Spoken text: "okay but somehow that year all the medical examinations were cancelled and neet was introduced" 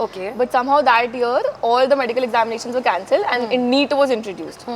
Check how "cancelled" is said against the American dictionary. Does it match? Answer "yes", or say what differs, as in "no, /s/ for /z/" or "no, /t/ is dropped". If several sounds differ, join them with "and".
yes